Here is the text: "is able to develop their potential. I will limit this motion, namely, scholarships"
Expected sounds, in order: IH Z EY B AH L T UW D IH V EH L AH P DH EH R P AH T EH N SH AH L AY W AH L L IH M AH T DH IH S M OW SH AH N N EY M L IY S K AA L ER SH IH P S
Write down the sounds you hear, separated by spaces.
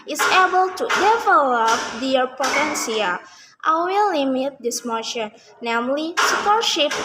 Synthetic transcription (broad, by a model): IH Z EY B AH L T UW D IH V EH L AH P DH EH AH P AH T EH N S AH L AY W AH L L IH M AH T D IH S M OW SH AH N N EY M L IY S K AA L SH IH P